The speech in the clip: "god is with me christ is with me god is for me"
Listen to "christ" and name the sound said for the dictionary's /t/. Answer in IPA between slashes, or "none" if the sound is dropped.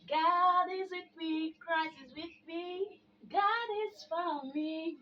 none